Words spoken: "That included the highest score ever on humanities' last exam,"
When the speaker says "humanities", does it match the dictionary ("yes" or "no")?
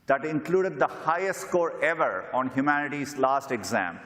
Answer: yes